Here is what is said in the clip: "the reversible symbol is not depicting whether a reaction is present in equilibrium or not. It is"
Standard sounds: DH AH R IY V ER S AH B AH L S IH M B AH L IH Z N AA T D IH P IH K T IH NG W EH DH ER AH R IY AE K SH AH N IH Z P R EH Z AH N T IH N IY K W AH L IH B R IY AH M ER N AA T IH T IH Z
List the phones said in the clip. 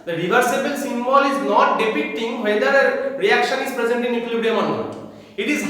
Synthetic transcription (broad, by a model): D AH R IY V ER S AH B AH L S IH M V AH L IH Z N AA T D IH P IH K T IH NG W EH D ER AH R IY AE K SH AH N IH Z P R EH Z AH N T IH N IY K L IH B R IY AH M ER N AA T IH T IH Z